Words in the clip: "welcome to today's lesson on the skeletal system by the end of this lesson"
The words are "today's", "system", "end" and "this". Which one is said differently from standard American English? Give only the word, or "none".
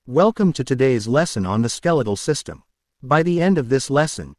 none